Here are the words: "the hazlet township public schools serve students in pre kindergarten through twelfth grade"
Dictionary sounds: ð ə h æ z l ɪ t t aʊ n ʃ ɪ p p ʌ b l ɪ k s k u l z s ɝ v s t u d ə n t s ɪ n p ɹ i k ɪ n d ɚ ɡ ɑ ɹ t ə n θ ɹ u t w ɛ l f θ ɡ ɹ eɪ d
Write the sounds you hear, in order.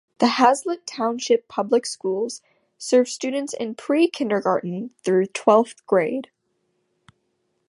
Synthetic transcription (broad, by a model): ð ə h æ z l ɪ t t aʊ n ʃ ɪ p p ʌ b l ɪ k s k u l z s ɝ v s t u d n t s ɪ n p ɹ i k ɪ n d ɚ ɡ ɑ ɹ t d n θ ɹ u t w ɛ l f θ ɡ ɹ eɪ d